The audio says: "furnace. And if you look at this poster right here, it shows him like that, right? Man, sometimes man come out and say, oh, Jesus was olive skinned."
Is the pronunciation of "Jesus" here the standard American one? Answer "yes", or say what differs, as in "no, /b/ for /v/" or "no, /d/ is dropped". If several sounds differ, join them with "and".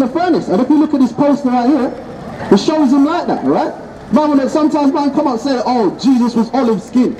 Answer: yes